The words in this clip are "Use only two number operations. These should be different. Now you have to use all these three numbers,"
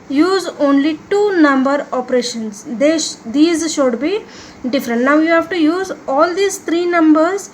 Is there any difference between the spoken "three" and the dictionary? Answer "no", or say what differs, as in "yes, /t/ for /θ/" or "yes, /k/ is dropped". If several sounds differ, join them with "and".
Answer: yes, /t/ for /θ/